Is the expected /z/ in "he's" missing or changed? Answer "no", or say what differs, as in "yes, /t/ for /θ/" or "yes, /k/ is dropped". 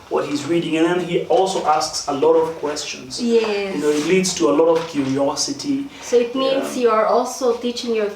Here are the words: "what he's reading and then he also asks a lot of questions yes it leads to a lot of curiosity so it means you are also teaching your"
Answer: no